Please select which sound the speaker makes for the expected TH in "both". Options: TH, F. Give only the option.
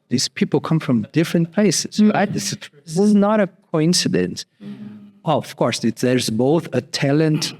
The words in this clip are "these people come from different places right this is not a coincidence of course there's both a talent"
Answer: TH